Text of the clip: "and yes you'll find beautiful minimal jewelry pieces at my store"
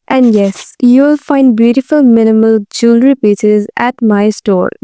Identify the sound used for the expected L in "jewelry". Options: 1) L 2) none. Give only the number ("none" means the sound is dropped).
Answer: 1